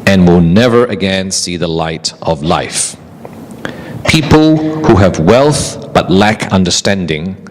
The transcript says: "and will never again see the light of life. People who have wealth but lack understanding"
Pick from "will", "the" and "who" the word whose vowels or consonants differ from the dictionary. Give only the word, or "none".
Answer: none